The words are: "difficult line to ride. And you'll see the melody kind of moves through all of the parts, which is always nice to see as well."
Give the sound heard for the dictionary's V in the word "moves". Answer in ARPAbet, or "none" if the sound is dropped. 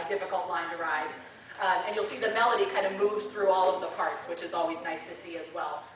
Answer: V